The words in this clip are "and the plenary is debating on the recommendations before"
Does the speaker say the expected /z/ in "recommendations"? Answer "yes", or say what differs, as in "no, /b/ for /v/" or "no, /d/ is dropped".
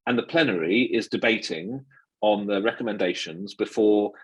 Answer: yes